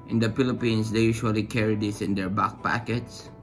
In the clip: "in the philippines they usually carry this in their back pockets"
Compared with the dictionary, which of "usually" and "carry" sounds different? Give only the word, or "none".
usually